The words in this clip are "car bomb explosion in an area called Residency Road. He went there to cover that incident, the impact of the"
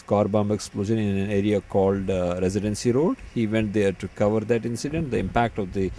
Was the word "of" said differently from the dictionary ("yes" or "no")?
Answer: no